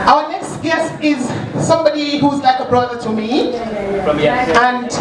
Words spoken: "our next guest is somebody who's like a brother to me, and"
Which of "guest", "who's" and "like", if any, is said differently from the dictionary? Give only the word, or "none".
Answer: none